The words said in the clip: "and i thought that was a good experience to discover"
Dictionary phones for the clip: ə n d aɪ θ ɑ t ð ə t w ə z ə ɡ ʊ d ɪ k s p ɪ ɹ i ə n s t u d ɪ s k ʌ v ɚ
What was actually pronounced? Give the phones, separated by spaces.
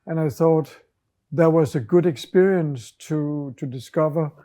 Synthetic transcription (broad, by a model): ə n aɪ θ ɑ t ð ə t w ə z ə ɡ ʊ d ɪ k s p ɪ ɹ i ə n s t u d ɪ s k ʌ v ɚ